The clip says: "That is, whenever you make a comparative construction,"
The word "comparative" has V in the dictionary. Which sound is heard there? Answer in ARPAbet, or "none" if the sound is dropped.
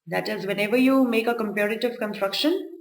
V